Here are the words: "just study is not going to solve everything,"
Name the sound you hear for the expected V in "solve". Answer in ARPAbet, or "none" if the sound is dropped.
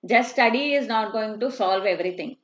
V